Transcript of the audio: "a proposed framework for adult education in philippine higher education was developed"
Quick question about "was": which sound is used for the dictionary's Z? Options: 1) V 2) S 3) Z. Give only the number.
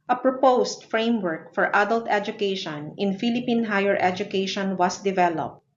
2